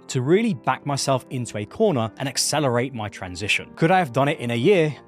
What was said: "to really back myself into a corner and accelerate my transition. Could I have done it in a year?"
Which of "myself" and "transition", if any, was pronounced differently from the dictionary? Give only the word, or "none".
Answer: none